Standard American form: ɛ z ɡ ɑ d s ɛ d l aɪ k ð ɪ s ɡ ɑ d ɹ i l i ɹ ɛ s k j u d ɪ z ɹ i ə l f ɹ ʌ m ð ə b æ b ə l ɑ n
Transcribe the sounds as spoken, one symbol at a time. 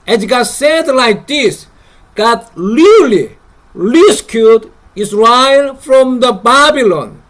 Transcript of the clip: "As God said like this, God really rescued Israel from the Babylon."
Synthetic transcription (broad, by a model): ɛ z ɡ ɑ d s ɛ d l aɪ k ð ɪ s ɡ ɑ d l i l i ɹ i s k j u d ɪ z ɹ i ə l f ɹ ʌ m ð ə b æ b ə l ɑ n